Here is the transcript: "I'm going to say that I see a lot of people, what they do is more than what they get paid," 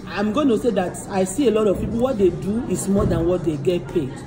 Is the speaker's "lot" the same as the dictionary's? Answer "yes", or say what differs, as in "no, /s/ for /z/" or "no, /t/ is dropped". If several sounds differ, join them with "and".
yes